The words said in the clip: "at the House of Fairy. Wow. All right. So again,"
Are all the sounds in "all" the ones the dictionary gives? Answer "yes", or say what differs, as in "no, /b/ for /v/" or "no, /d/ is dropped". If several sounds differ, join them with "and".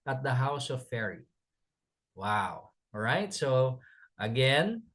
no, /w/ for /l/